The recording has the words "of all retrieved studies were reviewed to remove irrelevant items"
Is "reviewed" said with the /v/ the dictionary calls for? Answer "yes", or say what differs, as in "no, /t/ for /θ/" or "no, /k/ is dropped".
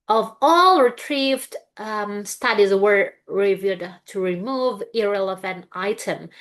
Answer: yes